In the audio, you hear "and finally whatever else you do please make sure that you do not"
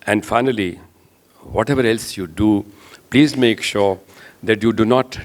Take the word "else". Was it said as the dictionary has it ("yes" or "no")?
yes